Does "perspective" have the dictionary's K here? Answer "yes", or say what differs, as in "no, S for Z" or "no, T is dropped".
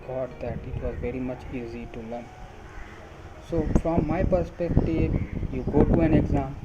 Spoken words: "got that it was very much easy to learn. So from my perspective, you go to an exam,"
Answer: yes